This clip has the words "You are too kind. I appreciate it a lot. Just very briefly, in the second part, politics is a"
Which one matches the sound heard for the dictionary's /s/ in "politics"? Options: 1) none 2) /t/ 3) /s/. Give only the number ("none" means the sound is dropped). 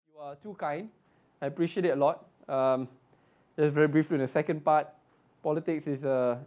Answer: 3